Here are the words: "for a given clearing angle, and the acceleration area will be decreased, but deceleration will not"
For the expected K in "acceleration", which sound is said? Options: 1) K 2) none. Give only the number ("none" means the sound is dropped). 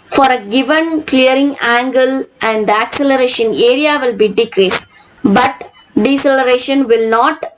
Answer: 1